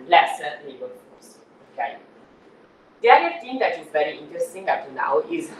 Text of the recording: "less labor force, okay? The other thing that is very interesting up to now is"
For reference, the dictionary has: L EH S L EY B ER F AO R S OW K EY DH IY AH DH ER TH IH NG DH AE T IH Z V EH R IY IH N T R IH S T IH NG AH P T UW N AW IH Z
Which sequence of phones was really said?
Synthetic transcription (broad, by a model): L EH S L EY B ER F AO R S OW K EY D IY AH ER T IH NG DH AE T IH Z V EH R IY IH N T R IH S T IH NG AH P T UW N AW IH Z